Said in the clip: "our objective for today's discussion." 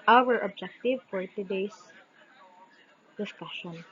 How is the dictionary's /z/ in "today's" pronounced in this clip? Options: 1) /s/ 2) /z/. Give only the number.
1